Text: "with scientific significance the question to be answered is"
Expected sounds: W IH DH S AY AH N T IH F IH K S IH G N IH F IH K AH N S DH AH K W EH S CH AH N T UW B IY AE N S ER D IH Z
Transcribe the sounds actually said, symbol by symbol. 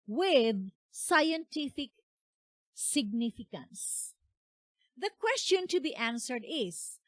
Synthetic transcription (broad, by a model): W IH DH S AY AH N T IH F IH K S IH G N IH F IH K AH N S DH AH K W EH S CH AH N T UW B IY AE N S ER D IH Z